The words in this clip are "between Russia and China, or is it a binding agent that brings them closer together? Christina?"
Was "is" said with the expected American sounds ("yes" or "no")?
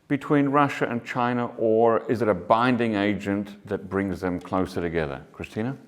yes